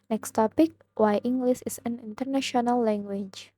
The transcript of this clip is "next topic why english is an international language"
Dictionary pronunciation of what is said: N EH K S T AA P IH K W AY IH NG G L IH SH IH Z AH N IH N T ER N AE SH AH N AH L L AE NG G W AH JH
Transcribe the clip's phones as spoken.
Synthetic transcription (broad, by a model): N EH K S T AA P IH K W AY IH NG G L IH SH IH S AH N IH N T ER N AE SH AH N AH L L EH NG G W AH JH